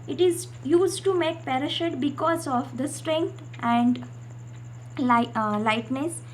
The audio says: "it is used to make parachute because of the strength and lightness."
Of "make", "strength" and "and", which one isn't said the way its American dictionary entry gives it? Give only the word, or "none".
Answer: strength